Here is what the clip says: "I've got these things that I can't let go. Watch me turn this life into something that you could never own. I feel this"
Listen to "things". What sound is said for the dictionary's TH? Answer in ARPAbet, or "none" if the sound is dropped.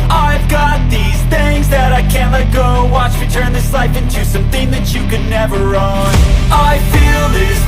TH